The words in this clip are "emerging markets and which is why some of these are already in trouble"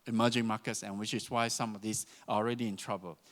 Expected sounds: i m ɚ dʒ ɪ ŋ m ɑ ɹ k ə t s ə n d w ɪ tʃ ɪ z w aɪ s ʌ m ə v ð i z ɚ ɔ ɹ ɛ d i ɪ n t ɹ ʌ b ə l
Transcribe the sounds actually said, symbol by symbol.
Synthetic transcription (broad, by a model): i m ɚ dʒ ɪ ŋ m ɑ k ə t s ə n w ɪ tʃ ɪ s w aɪ s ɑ m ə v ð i s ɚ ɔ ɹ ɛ d i ɪ n t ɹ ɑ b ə l